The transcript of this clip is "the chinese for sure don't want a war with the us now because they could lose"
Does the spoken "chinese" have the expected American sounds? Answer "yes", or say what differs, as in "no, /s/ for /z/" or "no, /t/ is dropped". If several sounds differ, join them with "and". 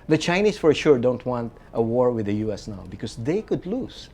no, /s/ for /z/